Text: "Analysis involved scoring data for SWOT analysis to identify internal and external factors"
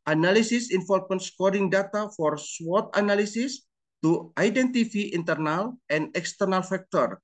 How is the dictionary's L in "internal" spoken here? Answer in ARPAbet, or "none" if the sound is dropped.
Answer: L